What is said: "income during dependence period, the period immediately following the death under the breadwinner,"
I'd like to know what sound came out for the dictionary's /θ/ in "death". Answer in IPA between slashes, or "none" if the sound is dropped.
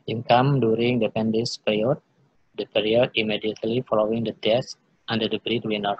/s/